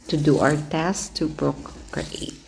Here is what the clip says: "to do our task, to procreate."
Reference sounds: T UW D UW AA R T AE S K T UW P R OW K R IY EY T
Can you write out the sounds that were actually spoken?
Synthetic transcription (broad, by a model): T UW D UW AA W T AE S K T UW P R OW K R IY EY T